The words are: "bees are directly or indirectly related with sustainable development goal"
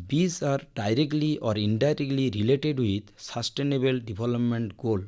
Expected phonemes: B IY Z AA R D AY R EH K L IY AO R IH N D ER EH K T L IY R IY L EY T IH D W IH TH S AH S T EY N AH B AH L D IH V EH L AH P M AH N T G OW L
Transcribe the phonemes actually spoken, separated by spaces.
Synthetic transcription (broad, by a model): B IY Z AA R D AY R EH K L IY AO R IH N D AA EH K T L IY R IY L EY T IH D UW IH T S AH S T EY N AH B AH L D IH B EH L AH P M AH N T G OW L